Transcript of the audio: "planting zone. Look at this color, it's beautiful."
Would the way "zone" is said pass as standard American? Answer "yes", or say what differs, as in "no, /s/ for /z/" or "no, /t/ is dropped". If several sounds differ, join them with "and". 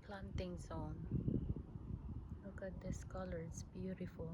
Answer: no, /s/ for /z/